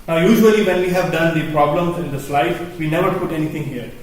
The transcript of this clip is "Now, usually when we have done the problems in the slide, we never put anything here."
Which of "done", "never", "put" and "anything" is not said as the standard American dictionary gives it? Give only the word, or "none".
anything